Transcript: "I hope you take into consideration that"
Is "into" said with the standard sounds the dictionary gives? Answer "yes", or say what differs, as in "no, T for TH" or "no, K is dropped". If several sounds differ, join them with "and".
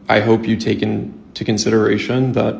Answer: yes